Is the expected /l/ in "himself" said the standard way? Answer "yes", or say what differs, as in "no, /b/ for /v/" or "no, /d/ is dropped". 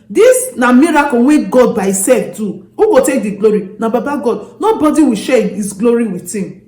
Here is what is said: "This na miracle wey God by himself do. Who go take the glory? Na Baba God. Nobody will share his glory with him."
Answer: no, /l/ is dropped